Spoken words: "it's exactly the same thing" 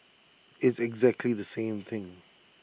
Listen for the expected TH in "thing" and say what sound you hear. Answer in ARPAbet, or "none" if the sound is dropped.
TH